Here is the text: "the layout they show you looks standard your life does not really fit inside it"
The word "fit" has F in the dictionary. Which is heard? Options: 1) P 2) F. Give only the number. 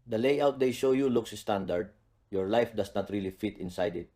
2